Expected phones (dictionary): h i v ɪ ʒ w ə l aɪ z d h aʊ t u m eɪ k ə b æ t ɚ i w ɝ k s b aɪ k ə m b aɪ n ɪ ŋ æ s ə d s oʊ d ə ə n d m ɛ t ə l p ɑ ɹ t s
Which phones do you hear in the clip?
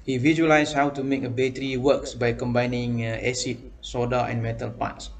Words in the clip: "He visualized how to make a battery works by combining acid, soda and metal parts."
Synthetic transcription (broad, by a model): h i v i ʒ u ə l aɪ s h aʊ t u m eɪ k ə b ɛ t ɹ i w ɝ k s b aɪ k ə m b aɪ n ɪ ŋ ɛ s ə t s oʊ d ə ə n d m ɛ t ə l p ɑ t s